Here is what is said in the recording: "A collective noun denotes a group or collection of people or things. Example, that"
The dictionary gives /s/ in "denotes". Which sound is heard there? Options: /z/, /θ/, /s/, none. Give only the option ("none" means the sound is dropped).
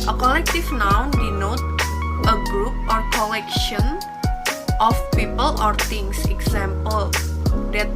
none